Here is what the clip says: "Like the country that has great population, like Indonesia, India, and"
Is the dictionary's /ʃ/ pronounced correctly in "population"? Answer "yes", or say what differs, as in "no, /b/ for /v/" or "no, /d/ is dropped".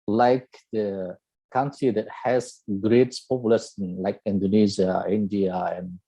no, /s/ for /ʃ/